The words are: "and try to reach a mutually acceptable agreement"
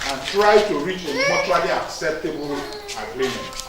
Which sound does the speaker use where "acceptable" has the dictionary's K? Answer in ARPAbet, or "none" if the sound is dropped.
K